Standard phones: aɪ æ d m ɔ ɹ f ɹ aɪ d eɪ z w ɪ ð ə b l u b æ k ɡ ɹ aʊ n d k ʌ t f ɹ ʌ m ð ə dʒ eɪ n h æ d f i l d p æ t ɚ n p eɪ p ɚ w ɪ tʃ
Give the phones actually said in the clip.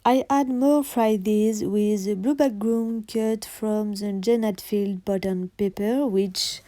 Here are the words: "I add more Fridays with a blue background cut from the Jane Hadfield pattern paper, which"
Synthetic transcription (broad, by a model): aɪ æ d m ɔ ɹ f ɹ aɪ d eɪ z w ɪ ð ə b l u b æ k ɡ ɹ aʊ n k ʌ t f ɹ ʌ m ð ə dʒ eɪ n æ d f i l d b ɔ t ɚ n p eɪ p ɚ w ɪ tʃ